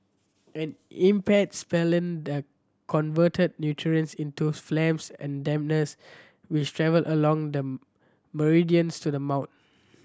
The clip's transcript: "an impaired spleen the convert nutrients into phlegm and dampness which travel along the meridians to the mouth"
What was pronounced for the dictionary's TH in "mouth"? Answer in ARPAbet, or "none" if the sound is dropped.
T